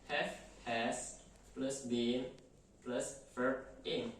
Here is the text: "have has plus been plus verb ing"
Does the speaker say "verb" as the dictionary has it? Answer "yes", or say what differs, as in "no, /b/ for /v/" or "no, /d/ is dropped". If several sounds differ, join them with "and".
no, /f/ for /v/ and /b/ is dropped